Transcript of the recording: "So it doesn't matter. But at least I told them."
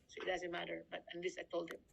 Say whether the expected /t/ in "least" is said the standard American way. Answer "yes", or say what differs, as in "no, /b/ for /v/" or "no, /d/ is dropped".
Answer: no, /t/ is dropped